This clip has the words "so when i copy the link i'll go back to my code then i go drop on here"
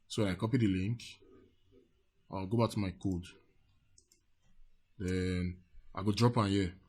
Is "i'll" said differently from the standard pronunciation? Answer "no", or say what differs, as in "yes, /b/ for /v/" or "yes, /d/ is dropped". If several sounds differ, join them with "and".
yes, /w/ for /l/